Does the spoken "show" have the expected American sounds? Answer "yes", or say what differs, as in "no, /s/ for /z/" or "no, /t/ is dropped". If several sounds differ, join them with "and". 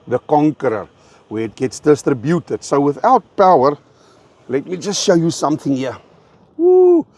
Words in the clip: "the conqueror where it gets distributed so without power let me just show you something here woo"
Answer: yes